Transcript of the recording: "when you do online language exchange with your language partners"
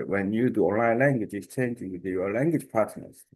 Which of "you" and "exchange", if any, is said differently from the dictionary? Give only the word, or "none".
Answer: exchange